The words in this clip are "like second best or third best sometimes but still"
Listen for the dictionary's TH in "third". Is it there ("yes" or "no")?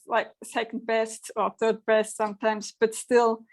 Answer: yes